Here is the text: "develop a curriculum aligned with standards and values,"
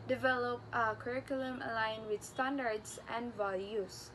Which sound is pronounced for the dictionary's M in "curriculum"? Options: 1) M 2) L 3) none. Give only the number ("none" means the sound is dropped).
1